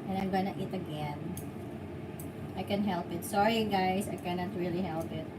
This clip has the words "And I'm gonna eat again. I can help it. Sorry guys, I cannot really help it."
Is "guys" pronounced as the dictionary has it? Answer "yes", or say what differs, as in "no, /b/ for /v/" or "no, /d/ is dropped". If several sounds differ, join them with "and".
no, /s/ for /z/